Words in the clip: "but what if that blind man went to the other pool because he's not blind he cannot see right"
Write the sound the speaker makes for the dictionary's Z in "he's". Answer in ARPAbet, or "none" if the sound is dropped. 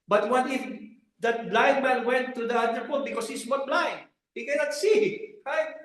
S